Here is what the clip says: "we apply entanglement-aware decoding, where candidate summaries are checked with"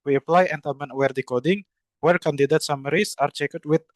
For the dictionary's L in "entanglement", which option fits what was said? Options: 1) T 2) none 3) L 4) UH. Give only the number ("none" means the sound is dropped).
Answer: 2